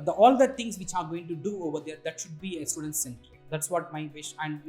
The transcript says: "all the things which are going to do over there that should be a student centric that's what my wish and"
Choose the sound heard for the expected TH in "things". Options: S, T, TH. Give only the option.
T